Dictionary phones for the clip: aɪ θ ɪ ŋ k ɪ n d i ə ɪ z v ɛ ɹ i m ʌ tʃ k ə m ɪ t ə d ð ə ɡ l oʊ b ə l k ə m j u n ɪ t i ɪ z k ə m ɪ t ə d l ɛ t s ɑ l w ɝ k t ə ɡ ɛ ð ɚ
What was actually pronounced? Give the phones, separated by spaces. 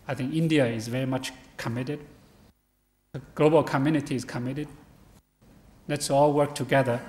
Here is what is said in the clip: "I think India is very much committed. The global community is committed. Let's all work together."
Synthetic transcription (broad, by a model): aɪ θ ɪ ŋ k ɪ n d i ə ɪ z v ɛ ɹ i m ʌ tʃ k ə m ɪ t ə d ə ɡ l oʊ b ə l k ə m j u n ɪ t i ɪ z k ə m ɪ t ə d l ɛ t s ɑ l w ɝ k t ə ɡ ɛ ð ɚ